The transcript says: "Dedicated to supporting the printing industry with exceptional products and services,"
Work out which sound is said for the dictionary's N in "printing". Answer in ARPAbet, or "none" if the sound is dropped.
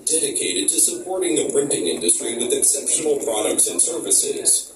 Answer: N